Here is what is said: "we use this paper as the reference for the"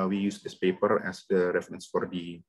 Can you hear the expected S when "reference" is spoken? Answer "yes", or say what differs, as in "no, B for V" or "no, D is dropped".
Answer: yes